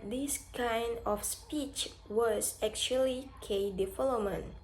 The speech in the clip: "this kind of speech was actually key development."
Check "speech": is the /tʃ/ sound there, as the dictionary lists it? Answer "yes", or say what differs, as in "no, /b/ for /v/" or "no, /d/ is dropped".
yes